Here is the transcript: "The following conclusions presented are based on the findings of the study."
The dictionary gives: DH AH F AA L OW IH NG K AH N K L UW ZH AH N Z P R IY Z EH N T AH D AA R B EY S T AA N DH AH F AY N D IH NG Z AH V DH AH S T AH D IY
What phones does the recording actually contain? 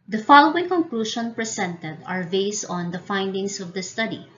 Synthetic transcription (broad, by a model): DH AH F AA L OW IH NG K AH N K L UW SH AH N P R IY S EH N T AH D AA R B EY S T AA N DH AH F AY N D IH NG S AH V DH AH S T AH D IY